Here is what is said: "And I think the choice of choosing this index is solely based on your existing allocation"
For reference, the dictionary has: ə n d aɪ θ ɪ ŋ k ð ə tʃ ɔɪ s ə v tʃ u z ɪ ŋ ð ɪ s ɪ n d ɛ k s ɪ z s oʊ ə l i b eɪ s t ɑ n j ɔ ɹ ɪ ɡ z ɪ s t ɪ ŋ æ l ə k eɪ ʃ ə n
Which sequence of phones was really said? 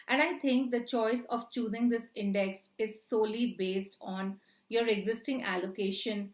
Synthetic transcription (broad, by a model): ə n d aɪ t ɪ ŋ k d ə tʃ ɔɪ s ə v tʃ u z ɪ ŋ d ɪ s ɪ n d ɛ k s ɪ z s oʊ l i b eɪ s t ɑ n j ɔ ɹ ɪ ɡ z ɪ s t ɪ ŋ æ l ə k eɪ ʃ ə n